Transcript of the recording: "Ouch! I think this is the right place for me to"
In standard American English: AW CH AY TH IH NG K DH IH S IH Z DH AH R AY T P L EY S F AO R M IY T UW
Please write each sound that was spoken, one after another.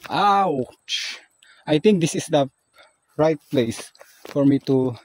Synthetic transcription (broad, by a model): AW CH AY T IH NG K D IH S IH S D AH R AY T P L EY S F AO R M IY T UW